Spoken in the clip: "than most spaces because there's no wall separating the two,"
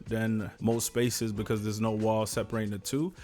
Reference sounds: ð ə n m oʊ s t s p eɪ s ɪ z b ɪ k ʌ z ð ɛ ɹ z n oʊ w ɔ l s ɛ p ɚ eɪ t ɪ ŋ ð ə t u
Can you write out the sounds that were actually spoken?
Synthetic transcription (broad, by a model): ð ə n m oʊ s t s p eɪ s ɪ z b ɪ k ʌ z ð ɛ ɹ z n oʊ w ɔ l s ɛ p ɚ eɪ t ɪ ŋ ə t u